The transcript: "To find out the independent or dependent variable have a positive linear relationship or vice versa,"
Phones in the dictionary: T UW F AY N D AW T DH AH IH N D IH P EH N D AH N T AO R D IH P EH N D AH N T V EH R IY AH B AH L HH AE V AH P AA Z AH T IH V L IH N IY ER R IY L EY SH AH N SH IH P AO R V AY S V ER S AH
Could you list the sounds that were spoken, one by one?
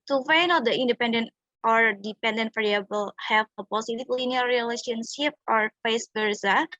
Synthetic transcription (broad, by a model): T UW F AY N AW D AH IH N D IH P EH N D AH N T AO R D IH P EH N D AH N T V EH R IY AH B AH L HH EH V AH P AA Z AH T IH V L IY N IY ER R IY L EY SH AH N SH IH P AO R F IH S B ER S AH